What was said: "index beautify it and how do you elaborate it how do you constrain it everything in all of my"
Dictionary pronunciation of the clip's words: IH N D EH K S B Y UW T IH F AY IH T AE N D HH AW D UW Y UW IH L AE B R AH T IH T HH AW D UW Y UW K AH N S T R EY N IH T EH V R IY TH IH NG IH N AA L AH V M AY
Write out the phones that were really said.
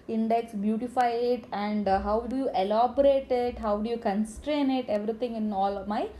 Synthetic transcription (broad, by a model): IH N D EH K S B Y UW T IH F AY IH T AE N D HH AW D UW Y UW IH L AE B R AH T IH T HH AW D UW Y UW K AH N S T R EY N IH T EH V R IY T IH NG IH N AA L M AY